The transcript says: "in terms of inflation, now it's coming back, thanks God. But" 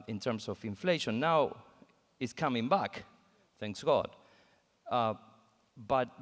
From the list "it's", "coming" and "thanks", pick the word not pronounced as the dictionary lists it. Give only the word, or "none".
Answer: none